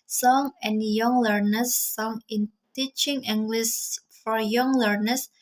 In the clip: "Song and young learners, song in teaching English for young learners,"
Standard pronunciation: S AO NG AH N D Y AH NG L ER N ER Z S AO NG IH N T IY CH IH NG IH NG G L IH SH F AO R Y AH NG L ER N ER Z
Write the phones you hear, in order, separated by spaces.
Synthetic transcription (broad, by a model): S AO NG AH N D Y AH NG L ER N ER S AO NG IH N T IY CH IH NG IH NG G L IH S F AO R Y AH NG L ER N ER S